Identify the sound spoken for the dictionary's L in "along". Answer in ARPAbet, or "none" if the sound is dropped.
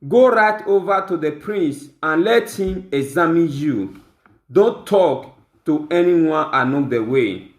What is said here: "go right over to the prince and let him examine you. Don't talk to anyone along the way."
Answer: N